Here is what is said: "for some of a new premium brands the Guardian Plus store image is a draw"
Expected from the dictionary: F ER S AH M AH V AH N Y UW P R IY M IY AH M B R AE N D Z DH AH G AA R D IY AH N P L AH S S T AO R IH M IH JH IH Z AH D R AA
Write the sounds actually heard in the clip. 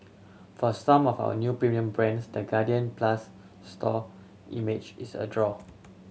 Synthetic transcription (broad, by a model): F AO S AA M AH W AH N Y UW P R IY M IY AH M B R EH N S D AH G AA D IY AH N P L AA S S T AO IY M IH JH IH S AH D R AA